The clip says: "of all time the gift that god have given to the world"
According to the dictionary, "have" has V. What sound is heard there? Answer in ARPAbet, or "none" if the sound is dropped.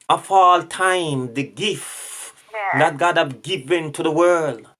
P